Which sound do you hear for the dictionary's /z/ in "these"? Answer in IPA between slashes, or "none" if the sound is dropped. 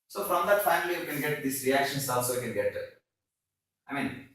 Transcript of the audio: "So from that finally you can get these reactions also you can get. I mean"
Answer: /s/